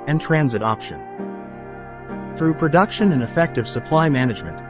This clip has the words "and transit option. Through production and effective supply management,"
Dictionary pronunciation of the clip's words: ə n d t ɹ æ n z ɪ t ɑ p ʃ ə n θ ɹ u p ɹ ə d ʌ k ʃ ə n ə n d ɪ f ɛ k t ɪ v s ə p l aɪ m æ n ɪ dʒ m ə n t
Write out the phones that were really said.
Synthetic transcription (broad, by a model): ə n t ɹ æ n z ɪ t ɑ p ʃ ə n θ ɹ u p ɹ ə d ʌ k ʃ ə n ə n ɪ f ɛ k t ɪ v s ə p l aɪ m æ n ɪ dʒ m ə n t